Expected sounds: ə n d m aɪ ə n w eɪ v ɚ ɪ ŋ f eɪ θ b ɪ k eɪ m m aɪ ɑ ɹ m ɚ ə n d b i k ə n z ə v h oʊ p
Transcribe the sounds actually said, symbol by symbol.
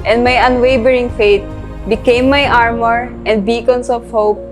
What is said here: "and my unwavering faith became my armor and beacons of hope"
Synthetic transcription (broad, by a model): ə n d m aɪ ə n w eɪ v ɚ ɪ ŋ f eɪ t b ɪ k eɪ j m aɪ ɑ ɹ m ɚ ə n d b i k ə n s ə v h oʊ p